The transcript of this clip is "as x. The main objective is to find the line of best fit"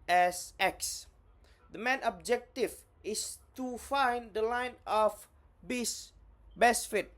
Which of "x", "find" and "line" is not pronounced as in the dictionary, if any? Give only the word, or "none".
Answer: none